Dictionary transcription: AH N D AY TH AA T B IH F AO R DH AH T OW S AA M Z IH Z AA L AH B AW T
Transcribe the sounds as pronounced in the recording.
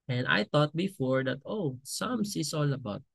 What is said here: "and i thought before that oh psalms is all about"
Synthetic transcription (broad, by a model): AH N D AY T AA T B IH F AO R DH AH T OW S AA M S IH S AA L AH B AW T